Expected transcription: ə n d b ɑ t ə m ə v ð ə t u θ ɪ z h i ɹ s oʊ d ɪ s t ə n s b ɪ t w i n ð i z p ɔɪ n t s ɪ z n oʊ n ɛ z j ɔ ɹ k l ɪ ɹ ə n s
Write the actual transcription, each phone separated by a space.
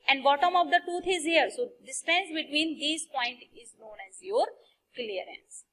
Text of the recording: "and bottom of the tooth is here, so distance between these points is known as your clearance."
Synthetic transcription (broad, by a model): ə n d b ɑ t ə m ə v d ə t u t ɪ z h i ɹ s oʊ d ɪ s t ə n s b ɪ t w i n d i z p ɔɪ n t ɪ z n oʊ n ɛ z j ɔ ɹ k l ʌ ɹ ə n s